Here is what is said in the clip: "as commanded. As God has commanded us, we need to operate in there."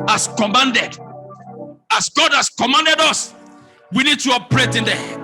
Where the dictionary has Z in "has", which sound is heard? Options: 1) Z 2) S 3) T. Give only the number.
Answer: 2